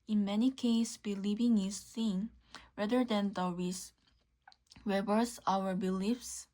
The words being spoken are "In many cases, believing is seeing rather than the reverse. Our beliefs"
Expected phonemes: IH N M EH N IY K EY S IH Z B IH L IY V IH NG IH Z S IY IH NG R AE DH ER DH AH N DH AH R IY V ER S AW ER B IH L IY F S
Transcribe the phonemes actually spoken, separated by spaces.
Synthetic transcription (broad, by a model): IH N M EH N IY K EY IH S B IH L IY V IH NG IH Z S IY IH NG R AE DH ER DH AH N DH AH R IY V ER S AW ER B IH L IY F S